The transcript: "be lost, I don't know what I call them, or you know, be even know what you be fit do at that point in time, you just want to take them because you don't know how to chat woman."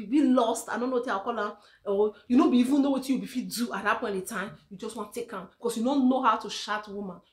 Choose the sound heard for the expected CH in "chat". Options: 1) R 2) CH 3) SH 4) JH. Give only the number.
3